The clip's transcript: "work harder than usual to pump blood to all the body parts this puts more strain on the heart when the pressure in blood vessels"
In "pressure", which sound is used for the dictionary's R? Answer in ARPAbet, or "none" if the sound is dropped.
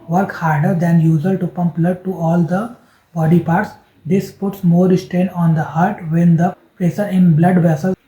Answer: none